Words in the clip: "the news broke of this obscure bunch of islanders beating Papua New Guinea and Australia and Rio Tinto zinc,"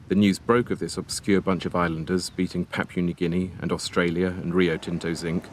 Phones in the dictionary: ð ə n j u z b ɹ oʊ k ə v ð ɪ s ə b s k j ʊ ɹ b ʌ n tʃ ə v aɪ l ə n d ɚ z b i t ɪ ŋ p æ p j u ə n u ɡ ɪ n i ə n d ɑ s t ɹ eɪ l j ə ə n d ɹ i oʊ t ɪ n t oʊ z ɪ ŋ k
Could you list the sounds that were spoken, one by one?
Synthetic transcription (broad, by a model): ð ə n j u z b ɹ oʊ k ə v ð ɪ s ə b s k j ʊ b ʌ n tʃ ə v aɪ l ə n d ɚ z b i t ɪ ŋ p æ p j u n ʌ ɡ ɪ n i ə n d ɑ s t ɹ eɪ l j ə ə n ɹ i oʊ t ɪ n t oʊ z ɪ ŋ k